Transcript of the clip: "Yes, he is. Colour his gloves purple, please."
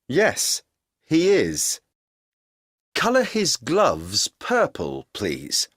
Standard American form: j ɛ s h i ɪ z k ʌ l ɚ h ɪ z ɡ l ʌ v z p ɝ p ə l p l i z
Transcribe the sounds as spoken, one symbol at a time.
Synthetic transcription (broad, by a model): j ɛ s h i ɪ z k ʌ l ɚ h ɪ z ɡ l ʌ v z p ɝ p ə l p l i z